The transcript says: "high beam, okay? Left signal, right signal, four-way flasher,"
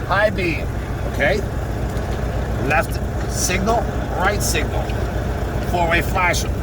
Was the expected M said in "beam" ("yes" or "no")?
no